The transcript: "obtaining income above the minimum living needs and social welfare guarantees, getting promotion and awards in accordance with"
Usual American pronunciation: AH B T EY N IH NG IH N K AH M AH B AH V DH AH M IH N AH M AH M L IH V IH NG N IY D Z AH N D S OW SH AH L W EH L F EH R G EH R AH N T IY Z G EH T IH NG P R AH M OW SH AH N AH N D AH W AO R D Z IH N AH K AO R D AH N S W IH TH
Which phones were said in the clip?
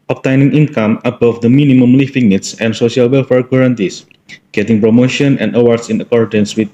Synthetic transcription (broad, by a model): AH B T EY N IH NG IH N K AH M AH B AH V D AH M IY N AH M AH M L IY F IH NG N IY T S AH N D S OW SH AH L W EH L F EH R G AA R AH N T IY S G EH T IH NG P R AH M OW SH AH N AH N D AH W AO R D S IH N AH K AO R D AH N S W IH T